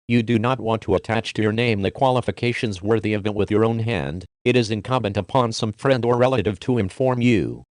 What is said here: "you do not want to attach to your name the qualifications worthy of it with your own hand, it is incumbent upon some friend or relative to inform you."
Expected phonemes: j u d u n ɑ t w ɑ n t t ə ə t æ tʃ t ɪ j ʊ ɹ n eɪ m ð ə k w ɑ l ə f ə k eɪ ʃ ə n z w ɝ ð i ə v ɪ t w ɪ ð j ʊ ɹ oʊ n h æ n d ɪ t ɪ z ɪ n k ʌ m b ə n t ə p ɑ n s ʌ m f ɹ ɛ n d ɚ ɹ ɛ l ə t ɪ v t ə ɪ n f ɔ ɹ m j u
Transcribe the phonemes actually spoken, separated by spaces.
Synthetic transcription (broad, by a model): j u d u n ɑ t w ɑ n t t ə ə t æ tʃ t ɪ j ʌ ɹ n eɪ m ð ə k w ɑ l ə f ə k eɪ ʃ ə n z w ɝ ð i ə v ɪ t w ɪ ð j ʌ ɹ oʊ n h æ n d ɪ t ɪ z ɪ n k ʌ m b ə n t ə p ɑ n s ʌ m f ɹ ɛ n d ɚ ɹ ɛ l ə t ɪ v t ə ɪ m f ɔ ɹ m j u